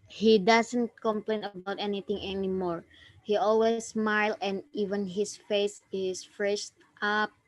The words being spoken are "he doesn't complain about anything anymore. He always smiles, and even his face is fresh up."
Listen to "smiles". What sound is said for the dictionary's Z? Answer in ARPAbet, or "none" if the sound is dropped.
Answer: none